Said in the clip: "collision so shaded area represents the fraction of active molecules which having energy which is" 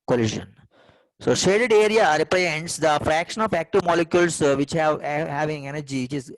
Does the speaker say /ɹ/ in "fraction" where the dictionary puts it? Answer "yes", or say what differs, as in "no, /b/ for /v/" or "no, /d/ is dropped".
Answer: yes